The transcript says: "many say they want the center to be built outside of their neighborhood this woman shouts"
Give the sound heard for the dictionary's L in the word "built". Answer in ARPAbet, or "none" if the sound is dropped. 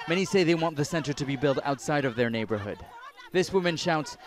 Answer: L